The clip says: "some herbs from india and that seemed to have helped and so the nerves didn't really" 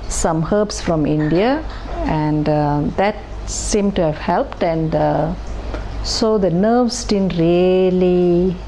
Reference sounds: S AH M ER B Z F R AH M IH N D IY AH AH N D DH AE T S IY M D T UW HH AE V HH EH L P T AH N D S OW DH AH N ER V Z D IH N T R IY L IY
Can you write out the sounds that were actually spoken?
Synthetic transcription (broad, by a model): S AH M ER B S F R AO M IH N D IY AH AH N D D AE T S IY M T UW HH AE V HH EH L P T AH N D S OW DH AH N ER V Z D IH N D R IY L IY